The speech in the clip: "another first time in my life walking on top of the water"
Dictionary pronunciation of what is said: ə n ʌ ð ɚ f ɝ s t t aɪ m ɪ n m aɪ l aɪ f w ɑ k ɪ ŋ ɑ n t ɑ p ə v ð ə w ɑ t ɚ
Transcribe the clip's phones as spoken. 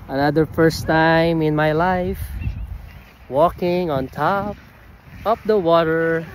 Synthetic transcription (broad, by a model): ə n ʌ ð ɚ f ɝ s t t aɪ m ɪ n m aɪ l aɪ f w ɑ k ɪ ŋ ɑ n t ɑ p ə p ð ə w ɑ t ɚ